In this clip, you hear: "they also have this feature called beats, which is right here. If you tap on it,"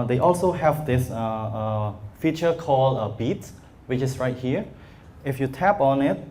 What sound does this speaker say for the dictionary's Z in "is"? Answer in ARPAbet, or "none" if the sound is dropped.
S